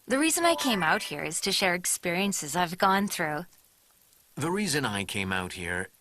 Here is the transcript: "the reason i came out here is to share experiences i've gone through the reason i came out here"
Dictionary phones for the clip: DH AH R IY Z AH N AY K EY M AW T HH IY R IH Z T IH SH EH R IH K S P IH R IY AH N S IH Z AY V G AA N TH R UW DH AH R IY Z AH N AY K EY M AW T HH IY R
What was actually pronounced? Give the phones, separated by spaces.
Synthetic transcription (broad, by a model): DH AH R IY Z AH N AY K EY M AW T HH IY R IH Z T IH SH EH R IH K S P IH R IY AH N S IH Z AY V G AA N TH R UW DH AH R IY Z AH N AY K EY M AW T HH IY R